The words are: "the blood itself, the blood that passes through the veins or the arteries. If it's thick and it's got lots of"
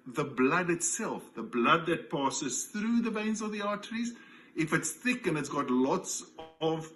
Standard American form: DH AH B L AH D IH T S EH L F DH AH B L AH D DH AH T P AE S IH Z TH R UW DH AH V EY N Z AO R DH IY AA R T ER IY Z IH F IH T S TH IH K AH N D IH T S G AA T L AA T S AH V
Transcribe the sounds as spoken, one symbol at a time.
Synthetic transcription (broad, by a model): DH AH B L AH D IH T S EH L F DH AH B L AH D DH AH T P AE S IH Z TH R UW DH AH V EY N Z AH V DH IY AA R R IY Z IH F IH T S TH IH K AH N IH T S G AA T L AA T S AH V